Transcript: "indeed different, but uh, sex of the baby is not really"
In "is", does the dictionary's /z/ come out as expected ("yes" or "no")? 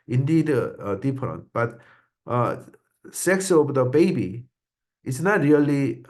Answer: no